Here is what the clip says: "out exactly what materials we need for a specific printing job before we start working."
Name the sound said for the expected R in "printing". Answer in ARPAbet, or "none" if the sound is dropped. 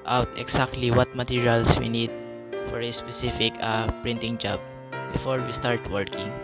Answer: R